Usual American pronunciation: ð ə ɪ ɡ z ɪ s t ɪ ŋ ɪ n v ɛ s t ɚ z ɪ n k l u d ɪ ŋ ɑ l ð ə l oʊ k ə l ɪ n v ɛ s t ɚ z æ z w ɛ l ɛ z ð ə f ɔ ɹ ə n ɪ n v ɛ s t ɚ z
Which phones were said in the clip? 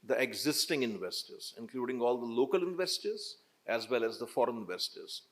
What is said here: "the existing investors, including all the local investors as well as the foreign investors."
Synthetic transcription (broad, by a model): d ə ɪ ɡ z ɪ s t ɪ ŋ ɪ n v ɛ s t ɚ z ɪ n k l u d ɪ ŋ ɑ l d ə l oʊ k ə l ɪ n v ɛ s t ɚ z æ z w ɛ l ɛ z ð ə f ɔ ɹ ə n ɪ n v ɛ s t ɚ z